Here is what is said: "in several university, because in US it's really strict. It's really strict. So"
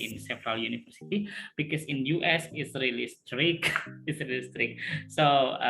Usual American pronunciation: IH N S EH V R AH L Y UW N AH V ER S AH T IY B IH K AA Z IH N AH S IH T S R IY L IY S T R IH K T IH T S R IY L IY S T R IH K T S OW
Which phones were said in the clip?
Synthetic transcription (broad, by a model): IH N S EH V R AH L Y UW N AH F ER S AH T IY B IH K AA S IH N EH S IH T S R IY L IY S T R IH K IH T S R IY L IY S T R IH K S OW